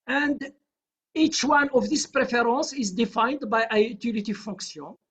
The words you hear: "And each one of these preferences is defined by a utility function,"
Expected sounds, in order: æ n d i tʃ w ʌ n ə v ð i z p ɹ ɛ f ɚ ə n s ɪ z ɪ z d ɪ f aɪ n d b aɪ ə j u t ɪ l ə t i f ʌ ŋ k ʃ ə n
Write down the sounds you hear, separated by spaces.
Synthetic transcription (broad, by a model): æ n d i tʃ w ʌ n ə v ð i s p ɹ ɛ f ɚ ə n s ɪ ɪ z d ɪ f aɪ n d b aɪ ə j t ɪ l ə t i f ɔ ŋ k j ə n